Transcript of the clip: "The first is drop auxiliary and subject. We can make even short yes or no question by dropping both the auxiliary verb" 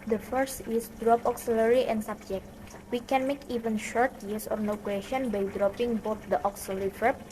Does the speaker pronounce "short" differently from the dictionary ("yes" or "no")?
no